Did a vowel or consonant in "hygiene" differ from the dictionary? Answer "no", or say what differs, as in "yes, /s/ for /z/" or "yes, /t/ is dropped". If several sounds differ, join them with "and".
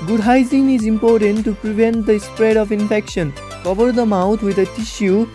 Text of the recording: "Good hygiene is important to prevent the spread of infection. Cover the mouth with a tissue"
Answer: yes, /z/ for /dʒ/